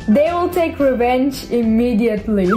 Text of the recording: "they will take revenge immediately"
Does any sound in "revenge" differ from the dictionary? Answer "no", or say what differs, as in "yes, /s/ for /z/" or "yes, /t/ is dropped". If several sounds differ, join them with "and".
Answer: no